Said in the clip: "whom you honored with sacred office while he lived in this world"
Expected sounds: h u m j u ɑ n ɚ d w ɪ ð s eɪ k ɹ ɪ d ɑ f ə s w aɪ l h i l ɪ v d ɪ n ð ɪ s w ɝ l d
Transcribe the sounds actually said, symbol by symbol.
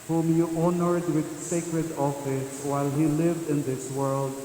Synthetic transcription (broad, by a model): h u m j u ɑ n ɚ d w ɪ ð s eɪ k ɹ ɪ d ɑ f ə s w aɪ l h i l ɪ v d ɪ n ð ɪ s w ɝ l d